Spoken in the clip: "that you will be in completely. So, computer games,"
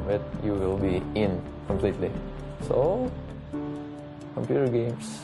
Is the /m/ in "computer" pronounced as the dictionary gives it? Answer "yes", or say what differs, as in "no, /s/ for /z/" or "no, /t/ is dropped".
yes